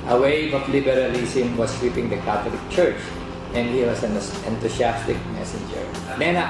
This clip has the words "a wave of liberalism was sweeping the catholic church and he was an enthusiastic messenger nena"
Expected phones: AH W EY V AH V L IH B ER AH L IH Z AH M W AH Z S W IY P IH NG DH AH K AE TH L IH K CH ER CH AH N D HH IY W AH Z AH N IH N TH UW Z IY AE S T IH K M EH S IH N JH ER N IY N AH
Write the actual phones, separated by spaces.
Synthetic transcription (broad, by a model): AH W EY V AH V L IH B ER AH L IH S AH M W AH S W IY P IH NG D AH K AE T L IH K CH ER CH AH N D HH IY W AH S AH N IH N T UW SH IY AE S T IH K M EH S IH N JH ER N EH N